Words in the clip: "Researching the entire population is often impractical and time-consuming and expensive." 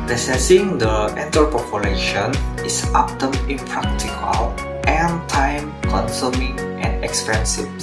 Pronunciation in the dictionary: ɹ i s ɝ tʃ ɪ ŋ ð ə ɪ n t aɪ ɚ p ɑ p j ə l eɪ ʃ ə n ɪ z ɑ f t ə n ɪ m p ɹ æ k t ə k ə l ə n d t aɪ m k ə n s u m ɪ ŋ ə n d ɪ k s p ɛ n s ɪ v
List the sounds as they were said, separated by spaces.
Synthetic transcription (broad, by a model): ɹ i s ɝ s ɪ ŋ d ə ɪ n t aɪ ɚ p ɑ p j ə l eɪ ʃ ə n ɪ s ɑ p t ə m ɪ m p ɹ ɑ k t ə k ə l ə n t aɪ m k ə n s u m ɪ ŋ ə n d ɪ k s p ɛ n s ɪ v